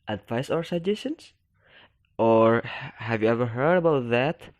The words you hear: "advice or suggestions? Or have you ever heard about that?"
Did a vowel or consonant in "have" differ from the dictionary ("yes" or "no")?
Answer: no